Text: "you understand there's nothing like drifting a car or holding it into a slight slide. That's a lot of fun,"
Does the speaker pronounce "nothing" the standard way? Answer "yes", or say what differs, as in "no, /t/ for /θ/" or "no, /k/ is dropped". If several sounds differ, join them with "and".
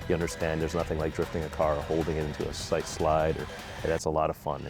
yes